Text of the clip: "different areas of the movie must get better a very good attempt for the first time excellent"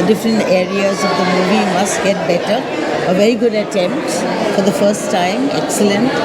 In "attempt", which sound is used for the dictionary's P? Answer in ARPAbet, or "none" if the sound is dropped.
P